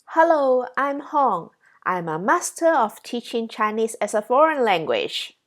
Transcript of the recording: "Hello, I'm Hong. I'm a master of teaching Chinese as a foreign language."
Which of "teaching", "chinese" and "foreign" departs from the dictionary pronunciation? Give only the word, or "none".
chinese